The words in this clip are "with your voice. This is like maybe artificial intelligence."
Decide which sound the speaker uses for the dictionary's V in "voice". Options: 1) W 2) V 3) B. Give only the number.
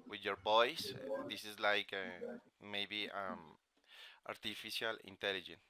3